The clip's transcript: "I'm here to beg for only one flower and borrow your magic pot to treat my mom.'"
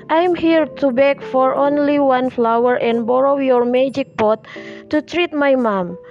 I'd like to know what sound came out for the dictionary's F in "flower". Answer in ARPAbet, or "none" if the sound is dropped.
F